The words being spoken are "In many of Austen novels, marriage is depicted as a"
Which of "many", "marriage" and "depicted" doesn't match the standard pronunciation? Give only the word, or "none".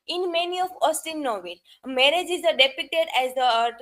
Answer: depicted